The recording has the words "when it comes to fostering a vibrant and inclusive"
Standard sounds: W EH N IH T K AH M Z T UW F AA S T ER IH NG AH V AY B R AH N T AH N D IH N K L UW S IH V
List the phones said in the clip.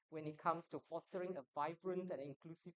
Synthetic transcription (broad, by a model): W EH N IH T K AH M S T UW F AA S T ER IH NG AH V AY B R AH N T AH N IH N K L UW S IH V